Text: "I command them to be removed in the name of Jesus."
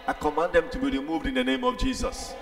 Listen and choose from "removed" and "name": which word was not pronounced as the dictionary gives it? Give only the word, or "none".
none